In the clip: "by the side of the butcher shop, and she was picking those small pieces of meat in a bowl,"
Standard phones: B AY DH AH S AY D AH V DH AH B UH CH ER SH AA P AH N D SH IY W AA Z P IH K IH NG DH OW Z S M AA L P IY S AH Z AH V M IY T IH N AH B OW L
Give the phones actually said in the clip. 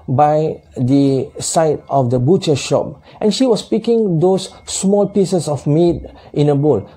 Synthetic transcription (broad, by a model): B AY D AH S AY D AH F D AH B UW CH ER SH AA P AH N SH IY W AA S P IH K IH NG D OW S M AA L P IY S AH S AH F M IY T IH N AH B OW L